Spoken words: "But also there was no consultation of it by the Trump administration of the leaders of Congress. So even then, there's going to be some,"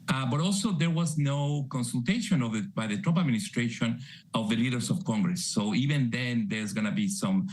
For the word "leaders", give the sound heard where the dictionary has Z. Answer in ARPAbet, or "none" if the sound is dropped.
S